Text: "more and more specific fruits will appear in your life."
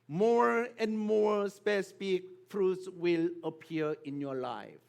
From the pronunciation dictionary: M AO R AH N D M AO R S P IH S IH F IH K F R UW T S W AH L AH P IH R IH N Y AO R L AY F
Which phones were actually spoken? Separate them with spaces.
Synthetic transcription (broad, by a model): M AO R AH N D M AO R S P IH S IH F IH K F R UW T S W AH L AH P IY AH IH N Y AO L AY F